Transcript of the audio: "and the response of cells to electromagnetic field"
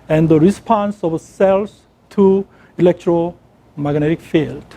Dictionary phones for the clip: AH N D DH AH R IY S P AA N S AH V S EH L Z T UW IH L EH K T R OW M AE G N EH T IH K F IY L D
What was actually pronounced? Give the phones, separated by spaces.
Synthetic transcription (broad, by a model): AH N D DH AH R IY S P AA N S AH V S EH L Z T UW IH L EH K T R OW M AE G N EH T IH K F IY L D